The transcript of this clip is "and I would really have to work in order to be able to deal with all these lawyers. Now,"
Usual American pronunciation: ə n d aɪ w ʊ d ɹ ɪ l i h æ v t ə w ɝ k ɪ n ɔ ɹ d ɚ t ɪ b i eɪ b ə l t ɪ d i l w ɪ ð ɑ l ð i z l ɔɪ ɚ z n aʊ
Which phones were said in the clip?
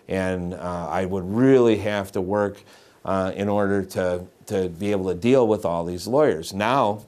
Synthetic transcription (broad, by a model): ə n aɪ w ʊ d ɹ ɪ l i h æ f t ə w ɝ k ɪ n ɔ ɹ d ɚ t ɪ b i eɪ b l t ɪ d i l w ɪ ð ɑ l ð i z l ɔɪ ɚ z n aʊ